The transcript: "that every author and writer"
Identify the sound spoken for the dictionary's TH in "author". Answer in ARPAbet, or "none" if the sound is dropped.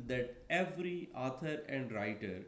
T